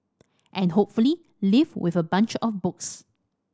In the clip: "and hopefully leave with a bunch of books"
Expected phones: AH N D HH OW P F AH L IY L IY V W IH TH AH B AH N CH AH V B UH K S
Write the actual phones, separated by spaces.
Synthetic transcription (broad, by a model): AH N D HH OW P F AH L IY L IY V W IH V AH B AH N CH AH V B UH K S